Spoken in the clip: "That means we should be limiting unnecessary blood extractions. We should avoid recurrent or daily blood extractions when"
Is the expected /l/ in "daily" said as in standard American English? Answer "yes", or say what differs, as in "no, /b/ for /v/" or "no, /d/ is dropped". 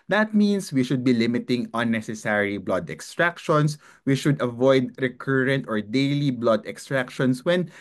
yes